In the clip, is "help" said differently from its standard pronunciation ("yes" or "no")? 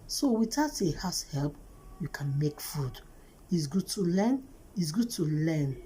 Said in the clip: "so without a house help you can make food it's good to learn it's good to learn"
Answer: no